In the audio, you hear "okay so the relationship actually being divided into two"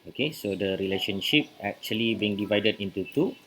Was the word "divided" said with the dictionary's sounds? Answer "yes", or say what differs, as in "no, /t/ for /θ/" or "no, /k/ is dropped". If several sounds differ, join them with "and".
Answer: yes